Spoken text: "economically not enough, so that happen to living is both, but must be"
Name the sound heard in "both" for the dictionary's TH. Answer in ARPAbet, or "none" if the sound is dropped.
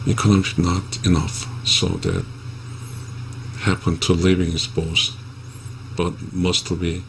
S